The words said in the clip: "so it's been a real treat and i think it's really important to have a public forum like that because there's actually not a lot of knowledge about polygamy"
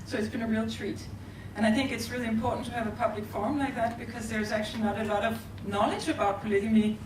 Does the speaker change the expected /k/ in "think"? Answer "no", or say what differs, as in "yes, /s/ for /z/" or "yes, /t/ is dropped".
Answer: no